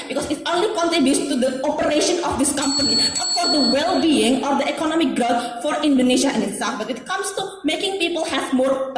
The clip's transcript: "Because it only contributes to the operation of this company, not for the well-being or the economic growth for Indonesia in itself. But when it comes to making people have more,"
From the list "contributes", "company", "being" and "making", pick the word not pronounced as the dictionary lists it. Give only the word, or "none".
contributes